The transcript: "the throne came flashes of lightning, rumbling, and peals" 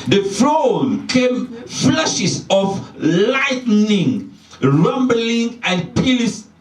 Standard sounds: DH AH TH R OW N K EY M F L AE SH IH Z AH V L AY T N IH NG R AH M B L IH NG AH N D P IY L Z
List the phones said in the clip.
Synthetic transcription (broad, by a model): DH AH F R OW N K EY M F L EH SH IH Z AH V L AY T N IH NG R AH M B L IH NG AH N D P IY L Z